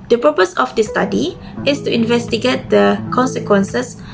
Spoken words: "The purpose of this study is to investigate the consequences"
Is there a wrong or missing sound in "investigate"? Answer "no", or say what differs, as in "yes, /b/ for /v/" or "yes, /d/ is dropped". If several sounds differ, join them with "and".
no